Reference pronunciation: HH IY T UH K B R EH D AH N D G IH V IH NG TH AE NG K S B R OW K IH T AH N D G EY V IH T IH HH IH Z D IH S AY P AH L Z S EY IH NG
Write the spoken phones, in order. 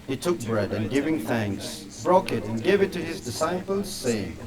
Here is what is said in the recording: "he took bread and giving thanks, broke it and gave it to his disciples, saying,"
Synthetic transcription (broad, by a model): HH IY T UH K B R EH D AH N G IH V IH NG TH AE NG K S B R OW K IH T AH N G EY V IH T IH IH Z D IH S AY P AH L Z S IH